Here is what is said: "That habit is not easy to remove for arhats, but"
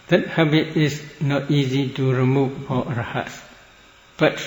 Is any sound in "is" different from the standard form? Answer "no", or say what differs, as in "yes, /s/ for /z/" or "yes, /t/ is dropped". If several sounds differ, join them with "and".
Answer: yes, /s/ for /z/